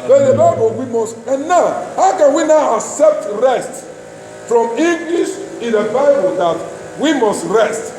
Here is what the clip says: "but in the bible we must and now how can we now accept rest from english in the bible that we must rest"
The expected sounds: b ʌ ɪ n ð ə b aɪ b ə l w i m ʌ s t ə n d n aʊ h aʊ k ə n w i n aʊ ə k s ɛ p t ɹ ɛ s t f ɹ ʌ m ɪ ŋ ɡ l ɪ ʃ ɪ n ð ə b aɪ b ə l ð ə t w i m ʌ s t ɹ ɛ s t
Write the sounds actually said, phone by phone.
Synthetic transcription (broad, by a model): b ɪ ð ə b aɪ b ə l w i m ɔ s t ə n n aʊ h aʊ k ə n w i n aʊ ə k s ɛ p t ɹ ɛ s t f ɹ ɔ m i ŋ ɡ l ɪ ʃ ɪ n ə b aɪ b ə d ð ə t w i m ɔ s t ɹ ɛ s t